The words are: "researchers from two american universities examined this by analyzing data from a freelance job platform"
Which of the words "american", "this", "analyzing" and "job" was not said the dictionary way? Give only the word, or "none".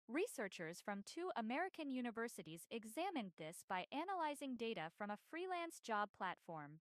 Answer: none